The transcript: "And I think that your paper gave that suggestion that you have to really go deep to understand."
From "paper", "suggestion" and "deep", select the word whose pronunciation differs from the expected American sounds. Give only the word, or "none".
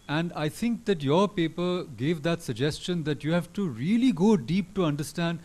none